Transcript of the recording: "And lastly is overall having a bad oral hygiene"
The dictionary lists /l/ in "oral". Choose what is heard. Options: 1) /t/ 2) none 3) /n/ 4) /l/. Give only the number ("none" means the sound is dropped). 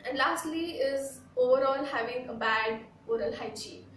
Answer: 4